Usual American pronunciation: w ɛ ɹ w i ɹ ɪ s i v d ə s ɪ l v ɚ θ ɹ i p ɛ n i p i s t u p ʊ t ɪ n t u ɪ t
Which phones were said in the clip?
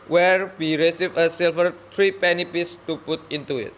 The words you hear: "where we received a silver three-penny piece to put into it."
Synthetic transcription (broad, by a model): w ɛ ɹ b i ɹ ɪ s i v ə s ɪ l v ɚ t ɹ i p ɛ n i p i s t u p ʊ t ɪ n t u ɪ t